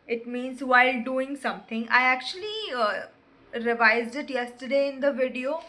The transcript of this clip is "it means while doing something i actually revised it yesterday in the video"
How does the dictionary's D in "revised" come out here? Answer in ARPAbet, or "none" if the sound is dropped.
D